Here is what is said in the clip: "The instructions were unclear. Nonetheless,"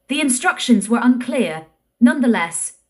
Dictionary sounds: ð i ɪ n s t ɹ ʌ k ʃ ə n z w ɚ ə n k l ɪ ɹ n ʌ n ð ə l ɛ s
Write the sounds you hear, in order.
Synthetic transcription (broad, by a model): ð i ɪ n s t ɹ ʌ k ʃ ə n z w ɚ ə n k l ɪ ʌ n ʌ n ð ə l ɛ s